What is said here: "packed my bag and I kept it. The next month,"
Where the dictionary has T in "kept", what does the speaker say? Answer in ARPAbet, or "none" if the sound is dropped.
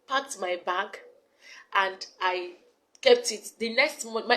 T